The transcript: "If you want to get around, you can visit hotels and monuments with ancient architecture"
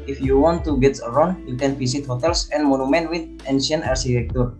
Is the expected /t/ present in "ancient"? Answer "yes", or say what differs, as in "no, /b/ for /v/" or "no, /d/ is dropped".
no, /t/ is dropped